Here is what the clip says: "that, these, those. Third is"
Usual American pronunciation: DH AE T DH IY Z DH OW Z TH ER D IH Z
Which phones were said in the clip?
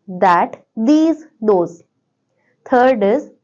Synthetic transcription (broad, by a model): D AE T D IY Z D OW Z T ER D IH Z